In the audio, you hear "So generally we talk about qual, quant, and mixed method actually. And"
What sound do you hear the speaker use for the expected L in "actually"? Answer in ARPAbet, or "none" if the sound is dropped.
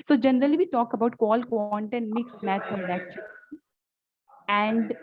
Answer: none